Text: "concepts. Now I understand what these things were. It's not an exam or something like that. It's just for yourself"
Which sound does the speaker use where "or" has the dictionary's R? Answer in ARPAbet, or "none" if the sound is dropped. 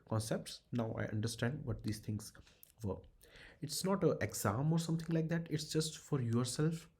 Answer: R